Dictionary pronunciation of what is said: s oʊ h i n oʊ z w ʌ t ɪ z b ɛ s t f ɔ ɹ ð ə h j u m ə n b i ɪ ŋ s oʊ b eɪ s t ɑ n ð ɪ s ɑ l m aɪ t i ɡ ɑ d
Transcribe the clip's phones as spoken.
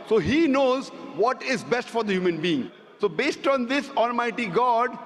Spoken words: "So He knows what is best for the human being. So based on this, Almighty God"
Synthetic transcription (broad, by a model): s oʊ h i n oʊ z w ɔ t ɪ z b ɛ s t f ɔ ɹ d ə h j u m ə n b i ɪ ŋ s oʊ b eɪ s t ɑ n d ɪ s ɑ l m aɪ t i ɡ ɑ d